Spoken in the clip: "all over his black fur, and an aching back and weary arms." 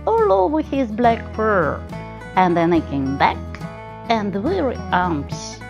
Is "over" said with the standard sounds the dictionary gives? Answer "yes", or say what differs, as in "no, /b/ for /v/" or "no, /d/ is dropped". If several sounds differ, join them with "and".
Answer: no, /w/ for /v/